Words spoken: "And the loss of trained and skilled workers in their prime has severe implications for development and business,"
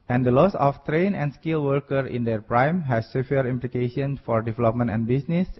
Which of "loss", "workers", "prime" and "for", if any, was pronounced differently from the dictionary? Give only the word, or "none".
workers